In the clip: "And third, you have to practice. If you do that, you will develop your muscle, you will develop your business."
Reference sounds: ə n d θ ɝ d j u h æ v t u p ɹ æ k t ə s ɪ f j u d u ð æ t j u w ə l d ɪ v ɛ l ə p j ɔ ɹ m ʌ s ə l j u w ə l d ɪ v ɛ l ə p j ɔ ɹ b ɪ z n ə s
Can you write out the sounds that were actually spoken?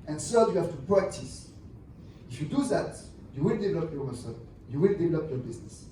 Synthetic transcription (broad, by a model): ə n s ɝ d j u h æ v t u p ɹ æ k t ə s ɪ f j u d u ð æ t j u w ə l d ɪ v ɛ l ə p j ɔ ɹ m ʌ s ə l j u w ə l d ɪ v ɛ l ə p j ɔ ɹ b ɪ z n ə s